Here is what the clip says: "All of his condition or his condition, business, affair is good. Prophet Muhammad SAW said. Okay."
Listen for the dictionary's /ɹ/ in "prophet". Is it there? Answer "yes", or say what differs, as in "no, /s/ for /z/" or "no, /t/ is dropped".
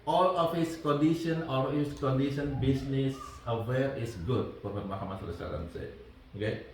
no, /ɹ/ is dropped